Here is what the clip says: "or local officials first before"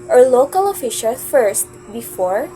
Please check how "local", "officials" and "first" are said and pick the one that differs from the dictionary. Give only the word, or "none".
officials